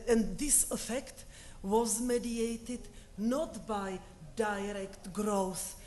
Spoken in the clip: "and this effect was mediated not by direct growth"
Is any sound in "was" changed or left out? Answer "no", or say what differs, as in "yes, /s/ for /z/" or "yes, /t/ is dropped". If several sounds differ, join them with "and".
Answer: no